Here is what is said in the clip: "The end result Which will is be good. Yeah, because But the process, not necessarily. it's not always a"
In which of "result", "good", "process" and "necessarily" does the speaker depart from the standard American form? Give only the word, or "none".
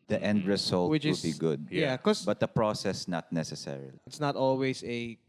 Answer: result